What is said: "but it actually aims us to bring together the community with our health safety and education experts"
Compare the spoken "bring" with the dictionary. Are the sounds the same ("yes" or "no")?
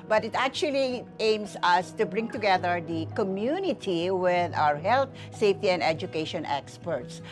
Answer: yes